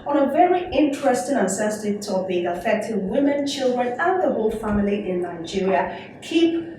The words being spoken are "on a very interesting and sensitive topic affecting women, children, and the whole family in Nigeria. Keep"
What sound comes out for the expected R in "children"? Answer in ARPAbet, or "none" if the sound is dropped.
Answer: R